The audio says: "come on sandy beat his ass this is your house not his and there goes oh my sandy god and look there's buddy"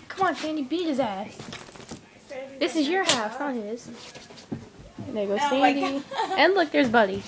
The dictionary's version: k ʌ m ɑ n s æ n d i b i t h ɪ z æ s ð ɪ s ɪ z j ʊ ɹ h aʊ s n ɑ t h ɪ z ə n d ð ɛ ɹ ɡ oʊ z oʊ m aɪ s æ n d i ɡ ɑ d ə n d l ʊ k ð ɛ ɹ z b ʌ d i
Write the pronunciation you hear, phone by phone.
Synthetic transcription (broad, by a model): k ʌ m ɑ n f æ n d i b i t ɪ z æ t ð ɪ s ɪ z j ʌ ɹ h aʊ s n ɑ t h ɪ z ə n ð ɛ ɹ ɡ oʊ ʊ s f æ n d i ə n l ʊ k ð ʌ ɹ z b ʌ d i